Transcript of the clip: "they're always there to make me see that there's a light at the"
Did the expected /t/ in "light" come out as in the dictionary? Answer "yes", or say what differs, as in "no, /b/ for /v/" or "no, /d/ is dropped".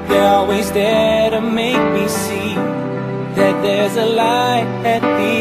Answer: no, /t/ is dropped